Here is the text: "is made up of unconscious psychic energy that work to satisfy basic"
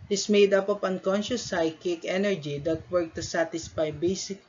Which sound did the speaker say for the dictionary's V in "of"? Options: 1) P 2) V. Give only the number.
1